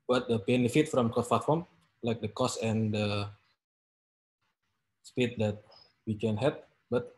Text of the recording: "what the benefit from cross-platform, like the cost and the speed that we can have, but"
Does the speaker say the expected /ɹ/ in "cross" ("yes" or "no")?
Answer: no